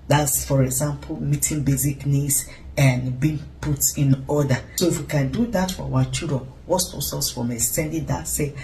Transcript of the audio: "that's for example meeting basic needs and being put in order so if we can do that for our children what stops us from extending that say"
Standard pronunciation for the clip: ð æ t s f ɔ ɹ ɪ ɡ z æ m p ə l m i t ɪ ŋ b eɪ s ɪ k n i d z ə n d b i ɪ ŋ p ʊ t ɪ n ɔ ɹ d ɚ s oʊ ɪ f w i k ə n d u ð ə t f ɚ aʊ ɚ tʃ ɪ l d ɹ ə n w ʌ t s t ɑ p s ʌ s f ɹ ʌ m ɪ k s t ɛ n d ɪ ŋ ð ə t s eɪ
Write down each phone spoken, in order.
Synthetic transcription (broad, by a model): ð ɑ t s f ɔ ɹ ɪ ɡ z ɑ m p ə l m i t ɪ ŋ b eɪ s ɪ k n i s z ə n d b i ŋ p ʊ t ɪ n ɔ d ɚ s oʊ ɪ f w i k ə n d u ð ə t f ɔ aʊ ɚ tʃ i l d ɹ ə n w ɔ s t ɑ s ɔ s f ɹ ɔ m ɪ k s t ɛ n d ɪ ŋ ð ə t s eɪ